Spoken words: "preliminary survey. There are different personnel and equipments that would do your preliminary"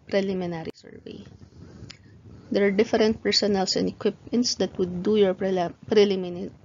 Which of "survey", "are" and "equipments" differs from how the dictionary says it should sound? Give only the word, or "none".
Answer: none